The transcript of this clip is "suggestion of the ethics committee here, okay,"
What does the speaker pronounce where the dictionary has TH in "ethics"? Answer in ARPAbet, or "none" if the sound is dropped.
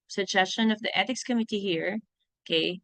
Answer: T